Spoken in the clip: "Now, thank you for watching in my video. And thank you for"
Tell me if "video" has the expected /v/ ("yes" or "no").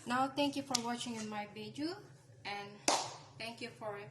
no